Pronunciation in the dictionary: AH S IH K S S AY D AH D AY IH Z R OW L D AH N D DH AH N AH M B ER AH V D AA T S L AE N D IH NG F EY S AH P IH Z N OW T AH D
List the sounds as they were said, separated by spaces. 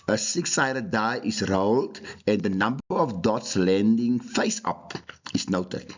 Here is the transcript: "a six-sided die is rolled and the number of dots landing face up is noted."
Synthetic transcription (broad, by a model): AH S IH K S S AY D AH D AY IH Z R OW L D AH N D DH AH N AH M B ER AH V D AA T S L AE N D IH NG F EY S AH P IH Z N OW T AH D